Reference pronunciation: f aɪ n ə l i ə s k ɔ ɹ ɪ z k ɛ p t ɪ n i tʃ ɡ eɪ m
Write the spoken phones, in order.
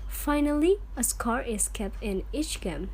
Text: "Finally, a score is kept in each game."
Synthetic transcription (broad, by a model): f aɪ n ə l i ə s k ɔ ɹ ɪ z k ɛ p t ɪ n i tʃ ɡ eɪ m